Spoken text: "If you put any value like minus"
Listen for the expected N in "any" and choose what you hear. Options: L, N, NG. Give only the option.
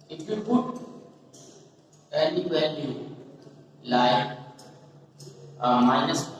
L